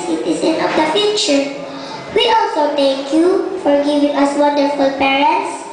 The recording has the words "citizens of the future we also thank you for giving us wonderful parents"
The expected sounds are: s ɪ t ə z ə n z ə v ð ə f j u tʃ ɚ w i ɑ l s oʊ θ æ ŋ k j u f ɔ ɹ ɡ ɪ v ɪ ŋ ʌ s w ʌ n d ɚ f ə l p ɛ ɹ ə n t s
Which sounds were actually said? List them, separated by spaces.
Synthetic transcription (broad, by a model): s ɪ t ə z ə n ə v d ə f j u tʃ ɚ w i ɑ l s oʊ t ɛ ŋ k j u f ɔ ɹ ɡ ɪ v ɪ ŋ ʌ s w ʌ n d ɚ f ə l p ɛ ɹ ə n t s